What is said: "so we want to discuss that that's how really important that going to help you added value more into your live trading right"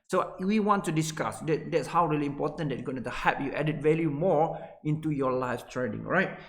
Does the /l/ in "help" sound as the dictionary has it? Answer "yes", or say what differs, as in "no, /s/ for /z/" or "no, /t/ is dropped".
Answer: no, /l/ is dropped